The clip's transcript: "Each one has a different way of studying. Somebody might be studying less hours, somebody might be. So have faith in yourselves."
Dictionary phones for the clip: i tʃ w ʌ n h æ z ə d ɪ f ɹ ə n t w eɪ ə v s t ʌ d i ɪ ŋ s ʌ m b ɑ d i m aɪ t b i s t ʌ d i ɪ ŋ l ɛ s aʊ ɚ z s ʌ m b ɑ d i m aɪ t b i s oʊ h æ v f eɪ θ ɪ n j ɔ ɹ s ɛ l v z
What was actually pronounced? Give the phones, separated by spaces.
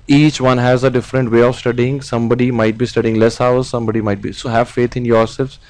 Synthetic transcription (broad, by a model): i tʃ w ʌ n h æ z ə d ɪ f ɹ ə n t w eɪ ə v s t ʌ d i ɪ ŋ s ʌ m b ɑ d i m aɪ t b i s t ʌ d i ɪ ŋ l ɛ s aʊ ɚ z s ʌ m b ɑ d i m aɪ t b i s oʊ h æ v f eɪ t ɪ n j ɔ ɹ s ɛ l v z